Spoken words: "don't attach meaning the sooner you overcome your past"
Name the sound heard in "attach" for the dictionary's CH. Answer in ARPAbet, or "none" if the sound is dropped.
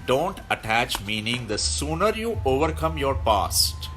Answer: CH